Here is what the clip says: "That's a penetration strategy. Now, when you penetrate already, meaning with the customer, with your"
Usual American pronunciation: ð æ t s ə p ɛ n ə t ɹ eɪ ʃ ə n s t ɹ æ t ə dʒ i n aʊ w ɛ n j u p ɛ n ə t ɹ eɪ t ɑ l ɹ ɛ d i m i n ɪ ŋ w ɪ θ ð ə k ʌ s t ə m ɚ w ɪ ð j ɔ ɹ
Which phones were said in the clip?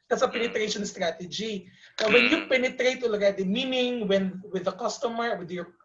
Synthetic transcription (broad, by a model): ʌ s ə p ɛ n ə t ɹ eɪ ʃ ə n s t ɹ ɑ t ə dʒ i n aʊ w ɛ n j u p ɛ n ə t ɹ eɪ t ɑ l ʌ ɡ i m i n ɪ ŋ w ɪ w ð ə k ʌ s t ə m ɚ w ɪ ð j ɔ ɹ